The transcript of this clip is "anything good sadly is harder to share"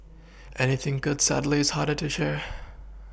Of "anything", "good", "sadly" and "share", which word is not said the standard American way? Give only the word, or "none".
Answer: none